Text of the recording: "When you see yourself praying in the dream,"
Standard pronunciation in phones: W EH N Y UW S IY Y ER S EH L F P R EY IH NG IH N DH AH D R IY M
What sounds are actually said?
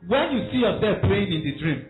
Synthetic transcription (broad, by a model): W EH N Y UW S IY Y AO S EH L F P L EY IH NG IH N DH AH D R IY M